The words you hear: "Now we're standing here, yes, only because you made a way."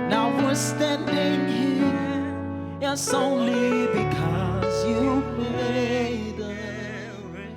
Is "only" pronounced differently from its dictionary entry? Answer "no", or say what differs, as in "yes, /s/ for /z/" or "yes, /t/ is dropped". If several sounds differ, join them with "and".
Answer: no